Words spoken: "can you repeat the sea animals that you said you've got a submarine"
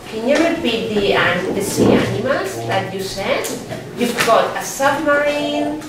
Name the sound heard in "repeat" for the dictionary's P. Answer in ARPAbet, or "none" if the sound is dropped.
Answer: B